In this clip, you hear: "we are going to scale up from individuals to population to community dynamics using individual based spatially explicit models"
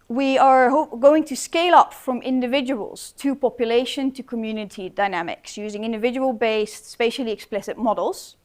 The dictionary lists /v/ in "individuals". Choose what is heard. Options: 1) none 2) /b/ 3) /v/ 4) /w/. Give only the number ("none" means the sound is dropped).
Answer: 3